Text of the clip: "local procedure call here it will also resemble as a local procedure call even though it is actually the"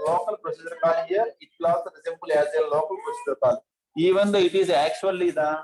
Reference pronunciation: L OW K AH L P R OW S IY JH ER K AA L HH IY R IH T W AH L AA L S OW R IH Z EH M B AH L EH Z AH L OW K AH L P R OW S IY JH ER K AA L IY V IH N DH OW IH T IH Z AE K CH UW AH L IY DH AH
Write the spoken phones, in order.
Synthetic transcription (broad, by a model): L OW K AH L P R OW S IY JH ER K AA L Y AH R IH T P L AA S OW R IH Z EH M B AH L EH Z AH L OW K AH L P R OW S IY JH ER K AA L IY V IH N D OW IH T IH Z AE K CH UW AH L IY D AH